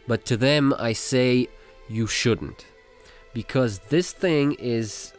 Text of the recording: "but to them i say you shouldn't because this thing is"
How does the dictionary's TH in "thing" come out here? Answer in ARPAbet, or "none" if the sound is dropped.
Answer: TH